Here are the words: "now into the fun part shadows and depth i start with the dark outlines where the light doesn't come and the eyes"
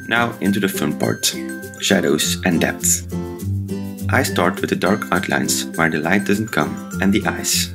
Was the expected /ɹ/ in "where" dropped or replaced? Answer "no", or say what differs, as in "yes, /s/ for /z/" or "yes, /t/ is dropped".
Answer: no